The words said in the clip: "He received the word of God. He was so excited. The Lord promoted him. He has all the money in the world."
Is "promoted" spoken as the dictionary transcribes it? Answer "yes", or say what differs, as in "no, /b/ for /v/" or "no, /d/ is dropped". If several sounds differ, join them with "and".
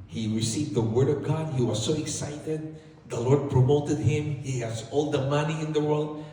yes